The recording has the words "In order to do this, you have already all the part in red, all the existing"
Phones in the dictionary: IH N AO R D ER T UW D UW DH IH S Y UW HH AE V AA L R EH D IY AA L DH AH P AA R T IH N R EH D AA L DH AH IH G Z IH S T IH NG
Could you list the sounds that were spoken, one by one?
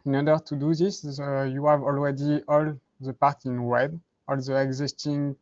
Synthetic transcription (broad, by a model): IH N AO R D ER T UW D UW DH IH S Y UW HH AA V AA L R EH D IY AA L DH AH P AA R T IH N W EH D AA L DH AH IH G Z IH S T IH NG